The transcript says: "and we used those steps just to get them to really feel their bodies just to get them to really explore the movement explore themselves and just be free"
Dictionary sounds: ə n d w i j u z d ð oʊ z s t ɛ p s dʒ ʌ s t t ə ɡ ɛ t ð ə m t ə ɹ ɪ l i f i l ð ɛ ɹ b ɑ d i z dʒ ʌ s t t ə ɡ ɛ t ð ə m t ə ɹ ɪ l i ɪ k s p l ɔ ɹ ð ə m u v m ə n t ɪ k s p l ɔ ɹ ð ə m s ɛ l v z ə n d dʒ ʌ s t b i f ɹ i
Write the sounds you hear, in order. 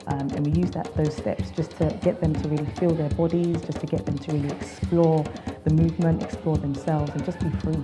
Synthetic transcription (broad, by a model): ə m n w i j u z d ð oʊ z s t ɛ p s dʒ ʌ s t t ə ɡ ɛ t ð ə m t ə ɹ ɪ l i f i l ð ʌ ɹ b ɑ d i z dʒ ʌ s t t ə ɡ ɛ t ð ə m t ə ɹ ɪ l i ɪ k s p l ɔ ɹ ð ə m u v m ə n t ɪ k s p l ɔ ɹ ð ə m s ɛ l v z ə n dʒ ʌ s b i f ɹ i